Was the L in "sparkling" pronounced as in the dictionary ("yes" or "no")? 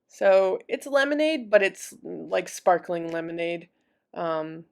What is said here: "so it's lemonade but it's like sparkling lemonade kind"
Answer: yes